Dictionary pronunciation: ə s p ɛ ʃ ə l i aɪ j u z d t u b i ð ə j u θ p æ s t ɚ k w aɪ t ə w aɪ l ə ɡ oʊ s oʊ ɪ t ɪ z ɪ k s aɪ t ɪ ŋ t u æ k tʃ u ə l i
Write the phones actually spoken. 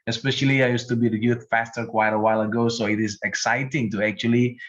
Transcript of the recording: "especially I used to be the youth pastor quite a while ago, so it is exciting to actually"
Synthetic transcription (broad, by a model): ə s p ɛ ʃ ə l i aɪ j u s t u b i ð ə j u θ f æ s t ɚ k w aɪ t ə w aɪ l ə ɡ oʊ s oʊ ɪ t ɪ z ɪ k s aɪ t ɪ ŋ t u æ k tʃ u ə l i